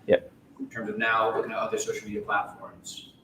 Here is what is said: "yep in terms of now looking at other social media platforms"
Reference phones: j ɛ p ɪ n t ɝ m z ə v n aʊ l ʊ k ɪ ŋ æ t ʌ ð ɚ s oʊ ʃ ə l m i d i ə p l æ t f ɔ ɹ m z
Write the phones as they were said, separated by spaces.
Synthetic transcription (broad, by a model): j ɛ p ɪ n t ɝ m z ə v n aʊ l ʊ k ɪ ŋ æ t ʌ ð ɚ s oʊ ʃ l m i d i ə p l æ t f ɔ ɹ m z